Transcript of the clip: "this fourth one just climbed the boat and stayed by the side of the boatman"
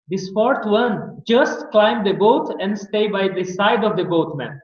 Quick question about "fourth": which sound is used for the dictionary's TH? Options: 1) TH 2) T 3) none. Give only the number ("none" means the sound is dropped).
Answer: 2